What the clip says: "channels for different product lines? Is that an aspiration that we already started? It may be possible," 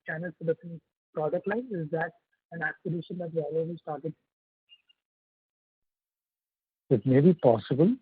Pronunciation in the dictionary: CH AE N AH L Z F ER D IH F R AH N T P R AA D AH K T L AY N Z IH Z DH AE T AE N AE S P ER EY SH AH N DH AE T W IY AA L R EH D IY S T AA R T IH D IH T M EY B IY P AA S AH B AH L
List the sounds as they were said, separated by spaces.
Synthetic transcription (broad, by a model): CH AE N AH L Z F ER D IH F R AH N P R AA D AH K T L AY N IH Z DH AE T AE N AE S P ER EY SH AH N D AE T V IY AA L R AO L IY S T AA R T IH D IH T M EY B IY P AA S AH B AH L